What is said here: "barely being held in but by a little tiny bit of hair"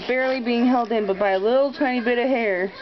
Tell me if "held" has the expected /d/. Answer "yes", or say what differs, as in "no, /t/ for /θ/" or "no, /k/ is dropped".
yes